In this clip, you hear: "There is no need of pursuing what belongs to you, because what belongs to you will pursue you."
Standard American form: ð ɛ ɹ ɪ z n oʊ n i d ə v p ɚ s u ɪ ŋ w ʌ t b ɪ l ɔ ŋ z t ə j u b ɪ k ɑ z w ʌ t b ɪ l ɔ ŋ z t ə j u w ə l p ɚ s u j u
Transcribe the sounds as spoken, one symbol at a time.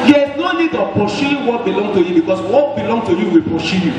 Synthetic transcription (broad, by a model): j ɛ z n oʊ n i d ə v p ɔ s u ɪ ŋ w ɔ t b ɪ l ɔ ŋ t ə j u b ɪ k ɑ s w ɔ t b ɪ l ɔ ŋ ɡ t ə j u w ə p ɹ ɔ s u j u